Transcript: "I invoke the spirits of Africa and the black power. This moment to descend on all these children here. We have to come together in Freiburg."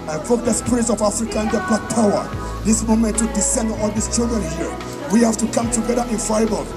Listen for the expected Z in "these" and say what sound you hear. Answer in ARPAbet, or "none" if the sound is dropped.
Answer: S